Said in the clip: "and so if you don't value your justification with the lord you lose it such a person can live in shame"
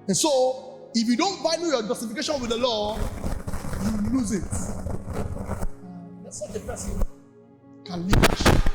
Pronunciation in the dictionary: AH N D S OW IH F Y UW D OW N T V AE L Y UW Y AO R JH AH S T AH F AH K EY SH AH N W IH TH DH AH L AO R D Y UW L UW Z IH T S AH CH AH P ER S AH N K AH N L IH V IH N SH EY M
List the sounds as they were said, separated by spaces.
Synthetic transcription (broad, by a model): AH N S OW IH F Y UW D OW N T B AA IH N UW Y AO JH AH S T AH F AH K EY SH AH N W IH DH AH L AO Y UW L UW Z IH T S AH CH AH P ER S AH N K AH N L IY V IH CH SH